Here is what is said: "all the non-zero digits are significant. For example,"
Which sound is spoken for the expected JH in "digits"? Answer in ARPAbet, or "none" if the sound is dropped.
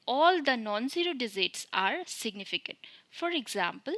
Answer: Z